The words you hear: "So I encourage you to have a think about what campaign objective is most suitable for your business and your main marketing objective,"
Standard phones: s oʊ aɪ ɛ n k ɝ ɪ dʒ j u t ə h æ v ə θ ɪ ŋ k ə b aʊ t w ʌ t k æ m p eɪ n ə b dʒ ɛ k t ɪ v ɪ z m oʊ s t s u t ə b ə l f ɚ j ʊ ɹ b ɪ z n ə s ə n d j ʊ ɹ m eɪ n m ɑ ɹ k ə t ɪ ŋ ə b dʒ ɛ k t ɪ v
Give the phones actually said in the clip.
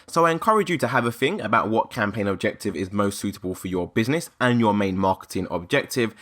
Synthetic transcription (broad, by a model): s oʊ aɪ ɛ n k ɝ ɪ dʒ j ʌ t ə v ə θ ɪ ŋ ə b aʊ t w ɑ t k æ m p eɪ n ə b dʒ ɛ k t ɪ v ɪ z m oʊ s t s u t ə b ə l f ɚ j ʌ b ɪ z n ə s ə n j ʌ m eɪ n m ɑ k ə t ɪ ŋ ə b dʒ ɛ k t ɪ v